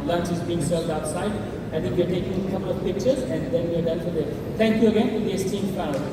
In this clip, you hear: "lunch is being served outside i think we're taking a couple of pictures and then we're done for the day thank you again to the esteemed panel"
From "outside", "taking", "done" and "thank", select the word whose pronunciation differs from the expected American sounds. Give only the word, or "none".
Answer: thank